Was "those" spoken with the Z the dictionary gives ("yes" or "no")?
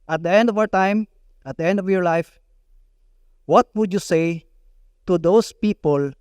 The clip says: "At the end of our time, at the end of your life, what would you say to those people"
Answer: no